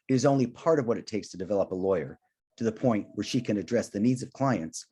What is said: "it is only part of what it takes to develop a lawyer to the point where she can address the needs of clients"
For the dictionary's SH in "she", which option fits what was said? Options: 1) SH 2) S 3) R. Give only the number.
1